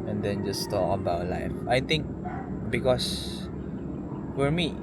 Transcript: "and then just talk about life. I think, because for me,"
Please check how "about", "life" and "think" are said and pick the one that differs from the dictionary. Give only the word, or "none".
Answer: think